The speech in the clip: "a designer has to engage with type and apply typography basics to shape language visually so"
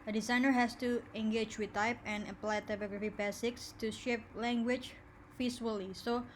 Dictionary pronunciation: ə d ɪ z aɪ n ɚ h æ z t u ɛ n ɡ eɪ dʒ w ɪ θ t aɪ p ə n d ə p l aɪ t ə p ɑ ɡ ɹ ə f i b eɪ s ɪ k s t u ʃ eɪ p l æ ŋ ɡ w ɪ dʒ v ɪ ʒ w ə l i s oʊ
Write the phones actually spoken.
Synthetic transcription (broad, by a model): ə d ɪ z aɪ n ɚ h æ s t u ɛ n ɡ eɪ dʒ w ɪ t aɪ p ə n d ə p l aɪ t ə p ɑ ɡ ɹ ə f i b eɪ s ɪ k s t u ʃ eɪ p l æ ŋ ɡ w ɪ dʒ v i s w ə l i s oʊ